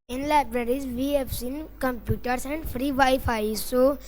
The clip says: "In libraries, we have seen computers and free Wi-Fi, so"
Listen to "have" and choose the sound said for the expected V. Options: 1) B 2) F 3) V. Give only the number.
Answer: 2